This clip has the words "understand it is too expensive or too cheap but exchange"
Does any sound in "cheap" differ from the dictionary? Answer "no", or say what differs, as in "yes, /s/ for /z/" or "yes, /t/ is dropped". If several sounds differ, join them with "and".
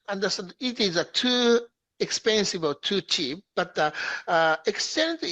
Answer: no